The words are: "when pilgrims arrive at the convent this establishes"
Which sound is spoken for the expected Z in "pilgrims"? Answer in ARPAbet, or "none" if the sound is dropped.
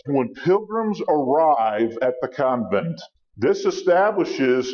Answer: Z